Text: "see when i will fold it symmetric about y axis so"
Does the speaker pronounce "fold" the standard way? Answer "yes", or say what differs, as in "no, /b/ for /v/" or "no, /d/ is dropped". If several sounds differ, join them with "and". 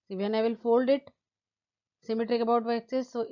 yes